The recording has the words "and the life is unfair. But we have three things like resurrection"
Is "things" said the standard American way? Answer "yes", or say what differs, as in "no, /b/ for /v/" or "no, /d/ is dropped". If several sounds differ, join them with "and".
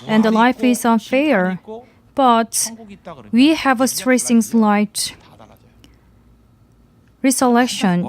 no, /s/ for /θ/